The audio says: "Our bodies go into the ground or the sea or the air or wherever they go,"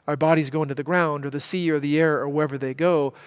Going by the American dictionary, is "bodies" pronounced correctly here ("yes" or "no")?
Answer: yes